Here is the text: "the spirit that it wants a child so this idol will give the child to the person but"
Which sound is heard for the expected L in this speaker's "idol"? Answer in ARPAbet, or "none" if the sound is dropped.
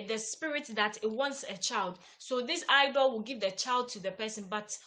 L